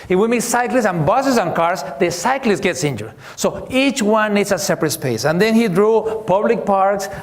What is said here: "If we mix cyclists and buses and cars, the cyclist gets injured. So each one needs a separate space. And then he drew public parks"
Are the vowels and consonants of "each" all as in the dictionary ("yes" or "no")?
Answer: yes